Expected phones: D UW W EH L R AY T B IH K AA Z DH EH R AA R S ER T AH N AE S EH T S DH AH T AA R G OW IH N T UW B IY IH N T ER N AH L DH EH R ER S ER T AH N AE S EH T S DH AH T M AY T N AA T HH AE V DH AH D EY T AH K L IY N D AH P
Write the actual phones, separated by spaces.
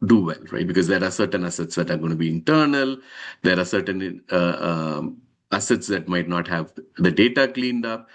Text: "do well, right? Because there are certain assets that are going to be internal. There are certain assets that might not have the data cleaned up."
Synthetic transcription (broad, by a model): D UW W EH L R AY T B IH K AA Z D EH R AA R S ER T AH N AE S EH T S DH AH T AA R G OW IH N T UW B IY IH N T ER N AH L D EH R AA S ER T AH N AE S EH T S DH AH T M AY T N AA T HH AE V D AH D EY T AH K L IY N D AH P